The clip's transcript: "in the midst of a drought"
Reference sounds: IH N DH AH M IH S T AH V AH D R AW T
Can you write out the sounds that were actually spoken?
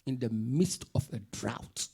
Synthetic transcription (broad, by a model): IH N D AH M IH S T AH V AH D R AW T